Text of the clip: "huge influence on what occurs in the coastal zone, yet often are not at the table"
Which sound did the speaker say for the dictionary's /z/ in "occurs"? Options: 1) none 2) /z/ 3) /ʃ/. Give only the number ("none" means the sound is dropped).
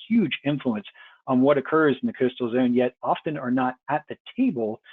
2